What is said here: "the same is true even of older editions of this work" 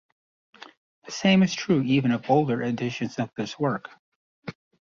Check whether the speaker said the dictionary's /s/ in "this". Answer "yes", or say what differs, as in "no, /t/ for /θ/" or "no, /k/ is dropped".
yes